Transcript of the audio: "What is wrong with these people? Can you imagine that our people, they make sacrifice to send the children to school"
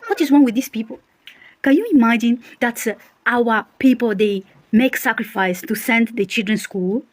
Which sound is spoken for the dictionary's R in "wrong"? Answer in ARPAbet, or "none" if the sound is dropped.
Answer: W